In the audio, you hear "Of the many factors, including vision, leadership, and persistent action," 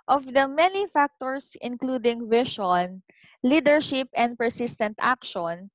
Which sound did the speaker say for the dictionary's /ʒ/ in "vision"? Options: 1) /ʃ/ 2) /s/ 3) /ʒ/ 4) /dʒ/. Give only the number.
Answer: 1